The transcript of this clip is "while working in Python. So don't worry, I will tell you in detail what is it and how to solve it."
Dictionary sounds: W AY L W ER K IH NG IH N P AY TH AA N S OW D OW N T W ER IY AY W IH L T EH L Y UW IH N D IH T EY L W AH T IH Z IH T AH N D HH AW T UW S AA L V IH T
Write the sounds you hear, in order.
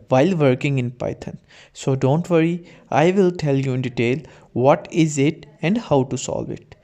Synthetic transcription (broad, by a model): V AY L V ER K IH NG IH N P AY T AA N S OW D OW N T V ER IY AY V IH L T EH L Y UW IH N D IH T EY L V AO T IH Z IH T AH N D HH AW T UW S AA L V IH T